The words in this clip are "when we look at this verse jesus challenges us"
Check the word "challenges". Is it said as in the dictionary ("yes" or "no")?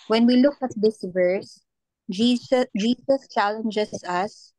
no